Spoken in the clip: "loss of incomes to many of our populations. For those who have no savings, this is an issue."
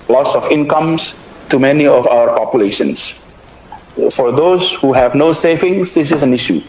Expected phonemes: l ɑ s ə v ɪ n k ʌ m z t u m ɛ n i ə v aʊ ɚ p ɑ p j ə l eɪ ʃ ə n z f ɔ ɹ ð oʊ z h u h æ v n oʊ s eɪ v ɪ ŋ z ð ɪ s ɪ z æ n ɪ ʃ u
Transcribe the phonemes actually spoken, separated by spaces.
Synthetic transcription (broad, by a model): l ɑ s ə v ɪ n k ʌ m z t u m ɛ n i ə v aʊ ɚ p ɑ p j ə l eɪ ʃ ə n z f ɔ ɹ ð oʊ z h u h æ v n oʊ s eɪ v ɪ ŋ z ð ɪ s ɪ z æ n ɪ ʃ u